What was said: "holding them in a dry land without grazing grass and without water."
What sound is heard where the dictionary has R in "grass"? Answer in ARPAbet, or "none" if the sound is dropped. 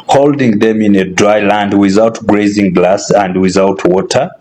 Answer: L